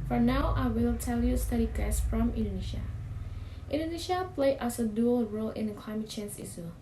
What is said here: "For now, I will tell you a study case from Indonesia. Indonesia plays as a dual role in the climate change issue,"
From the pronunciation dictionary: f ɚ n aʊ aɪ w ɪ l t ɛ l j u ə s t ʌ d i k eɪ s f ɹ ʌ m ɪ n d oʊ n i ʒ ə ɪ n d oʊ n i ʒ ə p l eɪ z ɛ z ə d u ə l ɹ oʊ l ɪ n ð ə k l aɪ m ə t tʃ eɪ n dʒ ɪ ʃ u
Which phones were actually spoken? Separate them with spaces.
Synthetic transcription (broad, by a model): f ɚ n aʊ aɪ w ɪ l t ɛ l j u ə s t ʌ d i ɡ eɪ s f ɹ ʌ m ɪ n d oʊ n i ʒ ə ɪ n d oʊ n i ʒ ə p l eɪ ʌ s ə d u ə l ɹ oʊ l ɪ n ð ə k l aɪ m ə t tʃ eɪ n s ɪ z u